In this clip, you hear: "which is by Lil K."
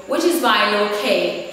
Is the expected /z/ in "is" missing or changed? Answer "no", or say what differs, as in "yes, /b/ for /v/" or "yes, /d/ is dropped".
no